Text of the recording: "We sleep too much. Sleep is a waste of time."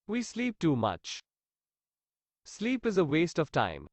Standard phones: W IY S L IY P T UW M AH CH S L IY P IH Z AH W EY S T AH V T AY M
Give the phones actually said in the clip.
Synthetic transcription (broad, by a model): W IY S L IY P T UW M AH CH S L IY P IH Z AH W EY S T AH V T AY M